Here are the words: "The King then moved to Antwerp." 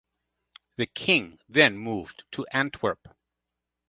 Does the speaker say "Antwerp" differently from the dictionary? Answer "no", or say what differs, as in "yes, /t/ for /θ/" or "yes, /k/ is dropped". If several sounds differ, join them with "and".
no